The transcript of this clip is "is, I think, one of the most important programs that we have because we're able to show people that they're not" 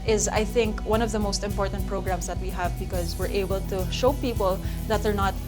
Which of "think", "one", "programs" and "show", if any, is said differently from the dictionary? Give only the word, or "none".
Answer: programs